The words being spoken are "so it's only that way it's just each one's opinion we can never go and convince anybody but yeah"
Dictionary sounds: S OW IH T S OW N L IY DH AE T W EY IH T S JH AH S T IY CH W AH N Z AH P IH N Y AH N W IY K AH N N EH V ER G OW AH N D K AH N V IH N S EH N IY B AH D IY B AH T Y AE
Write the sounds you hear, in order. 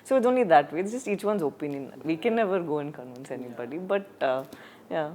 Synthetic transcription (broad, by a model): S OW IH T OW N L IY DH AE T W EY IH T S JH AH S T IY CH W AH N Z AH P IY N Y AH N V IY K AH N N EH V ER G OW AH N K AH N IH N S EH N IY B AH D IY B AH T Y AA